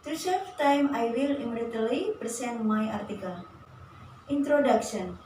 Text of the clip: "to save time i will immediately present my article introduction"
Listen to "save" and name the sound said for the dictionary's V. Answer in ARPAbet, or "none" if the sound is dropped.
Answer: F